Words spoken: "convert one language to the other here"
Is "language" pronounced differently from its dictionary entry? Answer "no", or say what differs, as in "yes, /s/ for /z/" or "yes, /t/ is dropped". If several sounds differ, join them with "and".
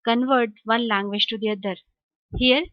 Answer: yes, /ʃ/ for /dʒ/